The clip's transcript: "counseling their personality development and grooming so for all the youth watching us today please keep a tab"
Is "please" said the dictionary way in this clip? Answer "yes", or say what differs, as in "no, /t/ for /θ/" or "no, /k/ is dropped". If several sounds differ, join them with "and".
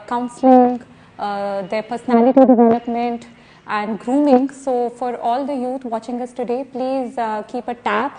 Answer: yes